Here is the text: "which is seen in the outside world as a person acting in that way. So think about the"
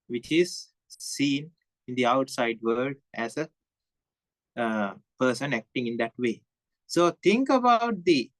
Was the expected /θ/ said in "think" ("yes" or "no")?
no